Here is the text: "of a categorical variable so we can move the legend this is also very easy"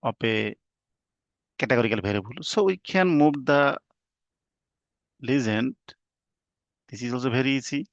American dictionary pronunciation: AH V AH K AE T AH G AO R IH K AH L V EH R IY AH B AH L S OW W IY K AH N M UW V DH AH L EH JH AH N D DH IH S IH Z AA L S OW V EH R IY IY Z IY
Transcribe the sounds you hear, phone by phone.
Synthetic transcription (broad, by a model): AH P AH K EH T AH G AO R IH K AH L B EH R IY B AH L S OW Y K AH N M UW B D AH L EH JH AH N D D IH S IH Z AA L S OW B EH R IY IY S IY